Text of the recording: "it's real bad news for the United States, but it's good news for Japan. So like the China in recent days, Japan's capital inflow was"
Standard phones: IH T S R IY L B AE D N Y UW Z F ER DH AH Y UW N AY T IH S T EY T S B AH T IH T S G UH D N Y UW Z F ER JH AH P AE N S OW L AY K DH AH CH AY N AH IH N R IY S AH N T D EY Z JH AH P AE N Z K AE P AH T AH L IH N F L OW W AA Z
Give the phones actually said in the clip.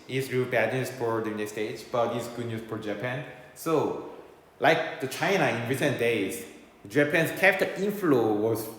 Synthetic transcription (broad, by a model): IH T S R IY L B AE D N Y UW S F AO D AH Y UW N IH S T EY T S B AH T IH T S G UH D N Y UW S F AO JH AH P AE N S OW L AY K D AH CH AY N AH IH N R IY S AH N D EY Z JH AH P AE N S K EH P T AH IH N F L OW W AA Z